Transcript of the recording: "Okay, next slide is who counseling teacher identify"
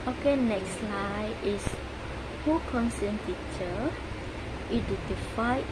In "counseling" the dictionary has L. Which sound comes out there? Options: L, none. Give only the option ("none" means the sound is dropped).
none